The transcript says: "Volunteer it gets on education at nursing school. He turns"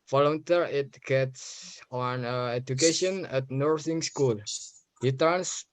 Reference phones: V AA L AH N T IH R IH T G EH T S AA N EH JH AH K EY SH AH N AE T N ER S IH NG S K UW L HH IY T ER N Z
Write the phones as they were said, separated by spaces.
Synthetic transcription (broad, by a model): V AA L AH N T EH R IH T G EH T S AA N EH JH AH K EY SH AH N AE T N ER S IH NG S K UW L HH IY T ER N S